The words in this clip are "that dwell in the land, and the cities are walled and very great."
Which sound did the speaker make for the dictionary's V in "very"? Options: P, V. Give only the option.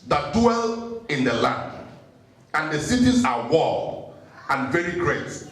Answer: V